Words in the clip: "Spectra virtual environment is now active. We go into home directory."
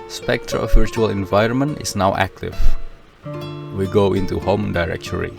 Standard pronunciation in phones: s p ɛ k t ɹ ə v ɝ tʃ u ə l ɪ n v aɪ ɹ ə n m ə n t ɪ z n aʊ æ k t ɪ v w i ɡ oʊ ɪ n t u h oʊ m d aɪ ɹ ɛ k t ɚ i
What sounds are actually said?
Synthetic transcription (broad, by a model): s p ɛ k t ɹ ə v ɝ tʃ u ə l ɪ n v aɪ ɹ ə n m ə n t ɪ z n aʊ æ k t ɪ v w i ɡ oʊ ɪ n t u h oʊ m d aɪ ɹ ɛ k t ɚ i